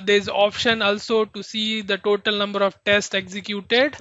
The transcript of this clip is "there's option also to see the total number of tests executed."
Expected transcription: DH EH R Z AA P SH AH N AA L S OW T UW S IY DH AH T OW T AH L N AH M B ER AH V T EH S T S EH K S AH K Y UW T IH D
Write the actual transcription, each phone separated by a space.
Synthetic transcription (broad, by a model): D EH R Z AA P SH AH N AA L S OW T UW S IY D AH T OW T AH L N AH M B ER AH V T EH S T EH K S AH K Y UW T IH D